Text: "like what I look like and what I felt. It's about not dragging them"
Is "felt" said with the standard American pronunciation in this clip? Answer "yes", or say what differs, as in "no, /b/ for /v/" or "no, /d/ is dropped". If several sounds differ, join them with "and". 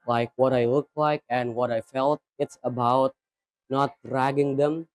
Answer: yes